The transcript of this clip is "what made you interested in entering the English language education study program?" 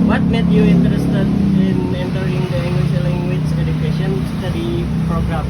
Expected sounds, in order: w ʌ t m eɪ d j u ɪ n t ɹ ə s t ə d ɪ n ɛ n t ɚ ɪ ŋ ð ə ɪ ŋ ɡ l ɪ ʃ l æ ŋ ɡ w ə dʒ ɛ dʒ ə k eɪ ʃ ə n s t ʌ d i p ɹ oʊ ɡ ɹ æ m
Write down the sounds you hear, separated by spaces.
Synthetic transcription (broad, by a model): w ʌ t m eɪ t j u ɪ n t ɹ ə s t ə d ɪ n ɛ n t ɚ ɪ ŋ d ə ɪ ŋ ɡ w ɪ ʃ l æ ŋ ɡ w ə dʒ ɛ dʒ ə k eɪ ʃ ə n s t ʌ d i p ɹ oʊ ɡ ɹ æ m